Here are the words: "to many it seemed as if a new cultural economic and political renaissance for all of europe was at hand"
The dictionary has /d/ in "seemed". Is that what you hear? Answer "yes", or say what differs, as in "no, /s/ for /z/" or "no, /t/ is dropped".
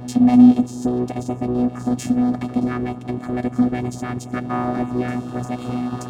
yes